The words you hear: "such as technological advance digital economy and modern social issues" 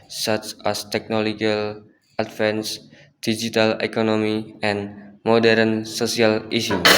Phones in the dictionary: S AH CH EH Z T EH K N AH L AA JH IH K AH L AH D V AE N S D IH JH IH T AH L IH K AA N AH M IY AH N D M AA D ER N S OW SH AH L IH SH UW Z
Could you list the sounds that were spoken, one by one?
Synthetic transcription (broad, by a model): S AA CH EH S T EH K N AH L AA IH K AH L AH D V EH N S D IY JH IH T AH L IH K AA N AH M IY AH N M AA D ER N S OW S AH L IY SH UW